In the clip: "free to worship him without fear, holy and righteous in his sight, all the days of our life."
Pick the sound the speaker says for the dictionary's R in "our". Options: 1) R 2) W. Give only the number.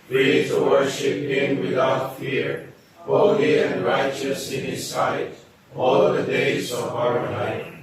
1